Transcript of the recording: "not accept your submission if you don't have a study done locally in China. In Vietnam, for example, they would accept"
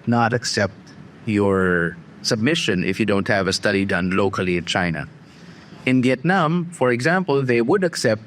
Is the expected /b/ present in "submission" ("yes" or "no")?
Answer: yes